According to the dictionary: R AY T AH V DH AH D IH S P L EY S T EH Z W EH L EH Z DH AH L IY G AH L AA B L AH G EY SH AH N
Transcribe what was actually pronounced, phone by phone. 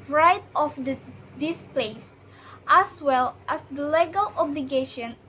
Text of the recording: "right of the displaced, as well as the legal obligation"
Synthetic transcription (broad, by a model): R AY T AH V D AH D IH S P L EY S T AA S W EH L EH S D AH L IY G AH L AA B L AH G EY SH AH N